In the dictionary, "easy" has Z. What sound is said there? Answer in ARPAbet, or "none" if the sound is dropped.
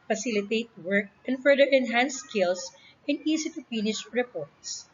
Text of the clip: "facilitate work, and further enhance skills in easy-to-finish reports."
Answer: S